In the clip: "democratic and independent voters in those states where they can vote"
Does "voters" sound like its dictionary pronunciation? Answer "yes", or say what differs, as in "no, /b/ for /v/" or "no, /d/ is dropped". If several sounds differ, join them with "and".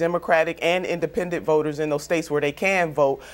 yes